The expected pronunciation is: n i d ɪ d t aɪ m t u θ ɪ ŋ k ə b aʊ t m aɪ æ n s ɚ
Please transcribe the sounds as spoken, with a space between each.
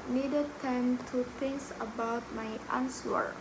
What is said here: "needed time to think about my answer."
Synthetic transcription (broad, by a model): n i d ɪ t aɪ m t u t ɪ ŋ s ə b aʊ t m aɪ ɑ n s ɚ